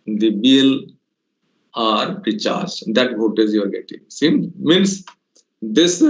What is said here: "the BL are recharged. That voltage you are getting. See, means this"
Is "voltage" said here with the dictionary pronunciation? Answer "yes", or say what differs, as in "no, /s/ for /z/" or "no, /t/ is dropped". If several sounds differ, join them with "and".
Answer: no, /l/ is dropped and /z/ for /dʒ/